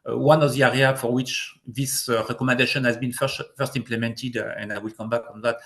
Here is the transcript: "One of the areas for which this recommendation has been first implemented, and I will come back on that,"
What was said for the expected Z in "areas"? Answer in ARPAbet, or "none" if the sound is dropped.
none